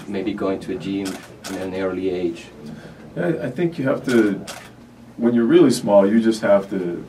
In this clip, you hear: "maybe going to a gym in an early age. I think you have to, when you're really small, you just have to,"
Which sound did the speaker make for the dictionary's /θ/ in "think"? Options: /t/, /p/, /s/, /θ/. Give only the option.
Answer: /θ/